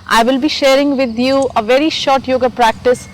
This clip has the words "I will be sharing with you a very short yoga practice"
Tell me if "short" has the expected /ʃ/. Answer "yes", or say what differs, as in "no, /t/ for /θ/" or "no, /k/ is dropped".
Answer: yes